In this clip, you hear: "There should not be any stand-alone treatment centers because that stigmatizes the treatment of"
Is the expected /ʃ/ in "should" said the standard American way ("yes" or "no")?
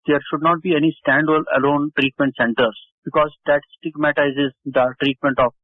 yes